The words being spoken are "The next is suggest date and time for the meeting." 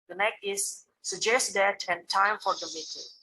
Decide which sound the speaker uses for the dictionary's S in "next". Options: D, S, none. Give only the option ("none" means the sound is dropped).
none